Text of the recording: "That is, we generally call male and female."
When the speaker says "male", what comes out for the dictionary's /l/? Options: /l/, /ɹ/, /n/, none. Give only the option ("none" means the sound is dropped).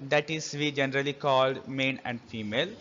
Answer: /n/